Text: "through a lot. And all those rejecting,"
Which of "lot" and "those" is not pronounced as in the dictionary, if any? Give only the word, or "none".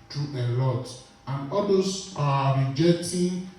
those